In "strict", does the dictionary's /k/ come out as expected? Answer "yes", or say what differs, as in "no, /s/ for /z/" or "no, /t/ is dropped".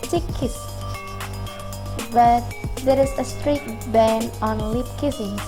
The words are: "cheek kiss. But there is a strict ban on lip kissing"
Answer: no, /k/ is dropped